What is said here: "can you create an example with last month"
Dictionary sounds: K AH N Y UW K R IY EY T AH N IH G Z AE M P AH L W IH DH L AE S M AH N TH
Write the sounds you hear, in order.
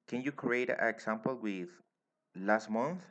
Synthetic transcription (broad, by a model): K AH N Y UW K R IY EY AH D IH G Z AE M P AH L W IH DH L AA S M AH N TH